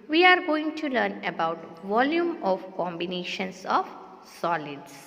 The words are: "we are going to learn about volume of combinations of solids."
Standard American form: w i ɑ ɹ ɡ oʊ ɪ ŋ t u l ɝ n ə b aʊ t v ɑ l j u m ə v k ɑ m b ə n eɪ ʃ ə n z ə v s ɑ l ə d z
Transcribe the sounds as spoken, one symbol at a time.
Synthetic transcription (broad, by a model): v i ɑ ɹ ɡ oʊ ɪ ŋ t u l ɝ n ə b aʊ t v ɑ l j u m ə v k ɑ m b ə n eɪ ʃ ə n s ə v s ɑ l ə d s